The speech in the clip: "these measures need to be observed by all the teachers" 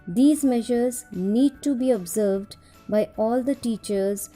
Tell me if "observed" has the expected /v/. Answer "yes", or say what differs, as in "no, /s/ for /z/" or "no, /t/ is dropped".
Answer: yes